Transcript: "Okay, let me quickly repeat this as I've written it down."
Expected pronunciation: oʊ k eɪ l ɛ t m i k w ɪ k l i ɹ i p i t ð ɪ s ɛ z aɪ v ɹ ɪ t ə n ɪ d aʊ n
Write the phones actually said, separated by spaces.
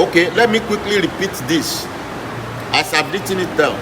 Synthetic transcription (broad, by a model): oʊ k eɪ l ɛ t m i k w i k l i ɹ i p i t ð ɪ s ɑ s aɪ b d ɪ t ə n ɪ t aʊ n